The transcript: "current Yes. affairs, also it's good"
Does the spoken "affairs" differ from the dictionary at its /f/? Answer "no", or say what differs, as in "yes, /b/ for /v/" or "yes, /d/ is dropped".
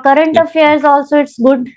yes, /f/ is dropped